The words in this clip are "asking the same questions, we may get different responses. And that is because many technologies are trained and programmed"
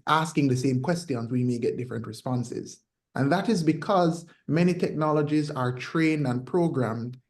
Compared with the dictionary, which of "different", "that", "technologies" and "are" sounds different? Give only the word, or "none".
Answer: none